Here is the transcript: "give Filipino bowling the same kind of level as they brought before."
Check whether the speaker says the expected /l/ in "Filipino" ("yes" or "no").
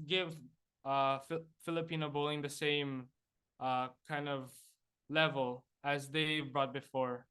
yes